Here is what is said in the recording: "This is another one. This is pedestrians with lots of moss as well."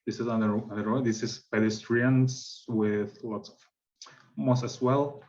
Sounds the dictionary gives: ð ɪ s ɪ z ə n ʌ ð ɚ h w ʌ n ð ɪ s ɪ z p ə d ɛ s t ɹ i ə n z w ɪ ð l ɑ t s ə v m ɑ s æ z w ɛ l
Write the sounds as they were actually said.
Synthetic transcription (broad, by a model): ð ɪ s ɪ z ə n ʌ ɚ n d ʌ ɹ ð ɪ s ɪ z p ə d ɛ s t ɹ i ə n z w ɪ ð l ɑ t s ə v m ɑ s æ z w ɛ l